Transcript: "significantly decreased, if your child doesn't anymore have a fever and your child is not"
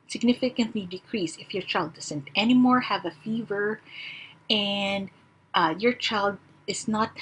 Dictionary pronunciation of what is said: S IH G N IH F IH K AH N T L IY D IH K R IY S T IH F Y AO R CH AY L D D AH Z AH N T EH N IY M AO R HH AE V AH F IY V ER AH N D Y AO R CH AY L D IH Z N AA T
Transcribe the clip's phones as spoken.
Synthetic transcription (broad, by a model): S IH G N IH F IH K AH N T L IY D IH K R IY S IH F Y AO R CH AY L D D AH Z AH N T EH N IY M AO R HH AE V AH F IY V ER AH N D Y AO R CH AY L D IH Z N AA T